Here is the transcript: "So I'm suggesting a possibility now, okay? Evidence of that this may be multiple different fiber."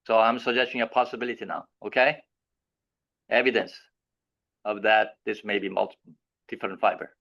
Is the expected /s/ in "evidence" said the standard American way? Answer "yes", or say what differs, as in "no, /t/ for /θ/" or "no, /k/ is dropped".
yes